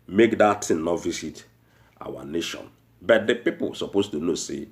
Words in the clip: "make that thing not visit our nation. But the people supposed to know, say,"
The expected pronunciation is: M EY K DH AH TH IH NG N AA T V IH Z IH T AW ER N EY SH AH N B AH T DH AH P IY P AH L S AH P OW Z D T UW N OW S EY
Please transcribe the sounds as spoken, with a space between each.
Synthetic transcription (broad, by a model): M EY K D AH T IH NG N AA T V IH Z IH T AW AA N EY SH AH N B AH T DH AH P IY P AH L S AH P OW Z T UW N OW S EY